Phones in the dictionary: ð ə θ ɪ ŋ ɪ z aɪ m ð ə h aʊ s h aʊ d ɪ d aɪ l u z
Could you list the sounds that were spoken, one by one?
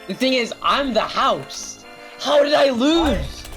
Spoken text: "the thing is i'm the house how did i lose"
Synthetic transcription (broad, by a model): ð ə θ ɪ ŋ ɪ z aɪ m ð ə h aʊ s h aʊ d ɪ d aɪ l u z